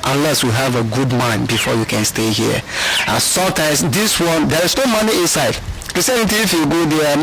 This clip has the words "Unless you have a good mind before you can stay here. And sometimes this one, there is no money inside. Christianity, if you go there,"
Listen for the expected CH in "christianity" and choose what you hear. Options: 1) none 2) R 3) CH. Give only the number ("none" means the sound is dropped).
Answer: 1